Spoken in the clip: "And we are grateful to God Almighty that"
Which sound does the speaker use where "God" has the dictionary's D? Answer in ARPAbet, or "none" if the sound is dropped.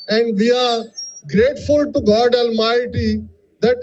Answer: D